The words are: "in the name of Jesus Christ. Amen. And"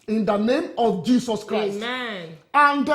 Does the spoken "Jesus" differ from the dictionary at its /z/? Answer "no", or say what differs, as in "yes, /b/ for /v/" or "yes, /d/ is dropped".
yes, /s/ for /z/